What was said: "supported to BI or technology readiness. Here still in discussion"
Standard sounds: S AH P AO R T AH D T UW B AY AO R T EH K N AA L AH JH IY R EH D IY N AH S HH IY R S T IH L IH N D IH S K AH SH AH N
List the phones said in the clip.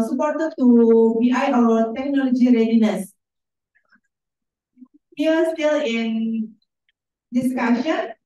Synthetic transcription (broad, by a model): S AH P AO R T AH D T UW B AY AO W T EH K N AA L AH JH IY R EH D IY N AH S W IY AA S T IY L IH N D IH S K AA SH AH N